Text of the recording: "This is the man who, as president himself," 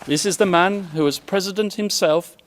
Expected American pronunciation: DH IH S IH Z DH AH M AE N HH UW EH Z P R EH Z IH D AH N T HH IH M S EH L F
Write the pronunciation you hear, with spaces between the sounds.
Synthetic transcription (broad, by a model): DH IH S IH Z DH AH M AE N HH UW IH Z P R EH Z IH D AH N T HH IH M S EH L F